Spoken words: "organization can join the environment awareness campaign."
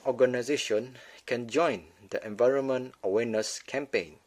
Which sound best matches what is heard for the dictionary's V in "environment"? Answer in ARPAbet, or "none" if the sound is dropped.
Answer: V